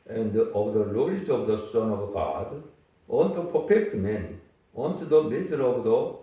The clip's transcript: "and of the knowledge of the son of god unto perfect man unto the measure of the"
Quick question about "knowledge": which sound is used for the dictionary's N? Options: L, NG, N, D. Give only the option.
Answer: L